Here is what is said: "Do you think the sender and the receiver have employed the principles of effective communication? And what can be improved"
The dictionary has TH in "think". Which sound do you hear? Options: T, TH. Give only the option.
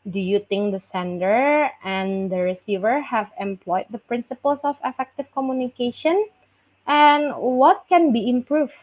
T